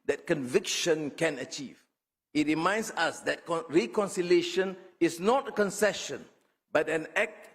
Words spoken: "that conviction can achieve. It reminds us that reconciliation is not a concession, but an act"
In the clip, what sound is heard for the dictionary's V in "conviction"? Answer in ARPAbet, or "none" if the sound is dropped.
V